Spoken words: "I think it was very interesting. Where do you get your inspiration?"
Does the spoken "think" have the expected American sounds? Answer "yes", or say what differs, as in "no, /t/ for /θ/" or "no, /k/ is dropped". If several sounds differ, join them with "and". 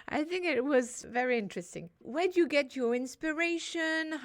yes